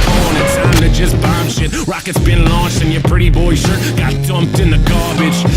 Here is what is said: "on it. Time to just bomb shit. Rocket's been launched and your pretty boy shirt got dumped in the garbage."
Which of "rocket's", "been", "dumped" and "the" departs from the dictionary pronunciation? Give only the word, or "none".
none